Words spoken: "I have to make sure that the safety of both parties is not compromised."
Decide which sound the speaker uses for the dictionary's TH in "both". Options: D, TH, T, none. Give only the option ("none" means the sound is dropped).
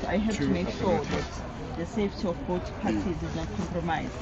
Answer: T